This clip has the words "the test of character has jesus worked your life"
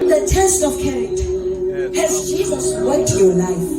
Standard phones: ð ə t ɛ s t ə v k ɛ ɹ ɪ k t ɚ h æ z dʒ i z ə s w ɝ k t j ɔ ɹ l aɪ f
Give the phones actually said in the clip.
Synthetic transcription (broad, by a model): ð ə t ɛ s t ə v k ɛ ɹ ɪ k t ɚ h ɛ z dʒ i z ə s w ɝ t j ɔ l aɪ f